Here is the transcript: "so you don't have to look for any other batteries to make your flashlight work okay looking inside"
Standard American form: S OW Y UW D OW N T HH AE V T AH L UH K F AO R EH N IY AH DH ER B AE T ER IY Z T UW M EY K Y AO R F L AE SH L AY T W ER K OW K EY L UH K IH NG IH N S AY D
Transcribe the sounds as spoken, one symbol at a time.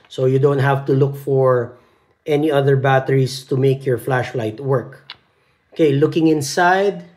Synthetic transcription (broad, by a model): S OW Y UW D OW N T HH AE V T AH L UH K F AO R EH N IY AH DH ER B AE T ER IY S T UW M EY K Y AO R F L AE SH L AY T W ER K OW K EY L UH K IH NG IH N S AY D